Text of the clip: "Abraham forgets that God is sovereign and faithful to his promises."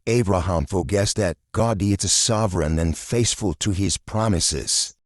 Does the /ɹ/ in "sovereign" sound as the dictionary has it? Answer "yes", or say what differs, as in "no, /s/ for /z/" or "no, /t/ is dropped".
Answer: yes